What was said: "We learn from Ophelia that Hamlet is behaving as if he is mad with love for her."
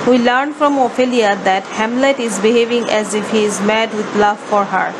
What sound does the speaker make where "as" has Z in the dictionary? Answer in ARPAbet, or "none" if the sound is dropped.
Z